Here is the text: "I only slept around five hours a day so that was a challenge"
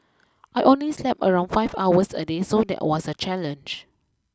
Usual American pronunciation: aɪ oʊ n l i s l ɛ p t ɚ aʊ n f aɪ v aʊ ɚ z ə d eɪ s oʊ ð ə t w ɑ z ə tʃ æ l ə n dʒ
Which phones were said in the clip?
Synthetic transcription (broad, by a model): aɪ oʊ n l i s l ɛ p ɚ aʊ n f aɪ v aʊ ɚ s ə d eɪ s oʊ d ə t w ɑ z ə tʃ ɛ l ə n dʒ